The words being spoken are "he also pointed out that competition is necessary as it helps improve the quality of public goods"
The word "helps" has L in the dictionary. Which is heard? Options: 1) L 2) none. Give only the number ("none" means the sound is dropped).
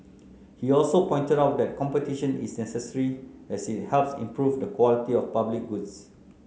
1